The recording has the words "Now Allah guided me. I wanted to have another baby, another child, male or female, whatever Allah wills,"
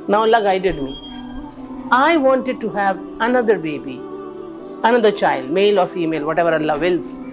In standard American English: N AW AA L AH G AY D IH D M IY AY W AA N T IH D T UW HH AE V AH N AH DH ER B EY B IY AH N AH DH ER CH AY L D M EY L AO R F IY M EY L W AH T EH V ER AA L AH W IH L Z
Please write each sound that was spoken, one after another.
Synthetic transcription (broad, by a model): N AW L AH G AY D IH D M IY AY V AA N T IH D T UW HH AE V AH N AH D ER B EY B IY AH N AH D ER CH AY L D M EY L AO R F IY M EY L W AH T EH V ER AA L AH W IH L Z